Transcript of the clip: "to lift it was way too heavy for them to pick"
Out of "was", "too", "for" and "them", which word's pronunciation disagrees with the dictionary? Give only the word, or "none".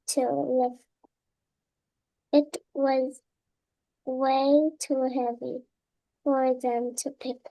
none